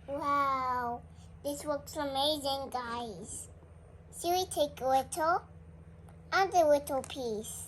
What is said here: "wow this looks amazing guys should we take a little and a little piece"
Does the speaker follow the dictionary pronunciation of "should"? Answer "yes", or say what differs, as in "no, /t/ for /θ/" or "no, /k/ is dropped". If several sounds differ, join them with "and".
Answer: no, /s/ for /ʃ/